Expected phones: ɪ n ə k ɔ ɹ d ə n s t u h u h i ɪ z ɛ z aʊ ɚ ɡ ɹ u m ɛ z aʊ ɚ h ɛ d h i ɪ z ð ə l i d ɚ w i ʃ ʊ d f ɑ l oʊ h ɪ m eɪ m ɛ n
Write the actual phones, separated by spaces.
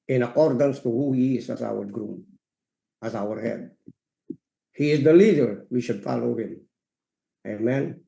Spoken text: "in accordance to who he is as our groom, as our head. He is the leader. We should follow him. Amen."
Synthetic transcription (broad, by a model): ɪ n ə k ɔ ɹ d ə n s t u h u h i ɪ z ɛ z aʊ ɚ ɡ ɹ u m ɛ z aʊ ɚ h ɛ d h i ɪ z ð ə l i d ɚ w i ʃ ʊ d f ɑ l oʊ h ɪ m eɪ m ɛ n